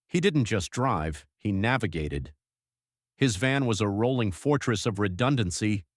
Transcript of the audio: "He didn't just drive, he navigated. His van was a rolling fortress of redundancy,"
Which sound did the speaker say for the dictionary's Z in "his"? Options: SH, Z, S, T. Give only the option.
Z